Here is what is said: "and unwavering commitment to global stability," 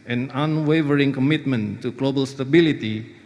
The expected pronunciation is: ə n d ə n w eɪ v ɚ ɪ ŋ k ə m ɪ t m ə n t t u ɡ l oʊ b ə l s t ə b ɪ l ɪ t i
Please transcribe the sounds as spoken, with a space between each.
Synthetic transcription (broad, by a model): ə n ə n w eɪ v ɚ ɪ ŋ k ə m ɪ t m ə n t t u ɡ l oʊ b ə l s t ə b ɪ l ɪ t i